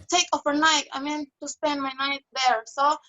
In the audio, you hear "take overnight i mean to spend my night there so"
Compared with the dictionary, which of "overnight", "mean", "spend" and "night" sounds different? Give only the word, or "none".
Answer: overnight